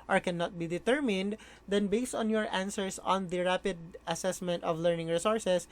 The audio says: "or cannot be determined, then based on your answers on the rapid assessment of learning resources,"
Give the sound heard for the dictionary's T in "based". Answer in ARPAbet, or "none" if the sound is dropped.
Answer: T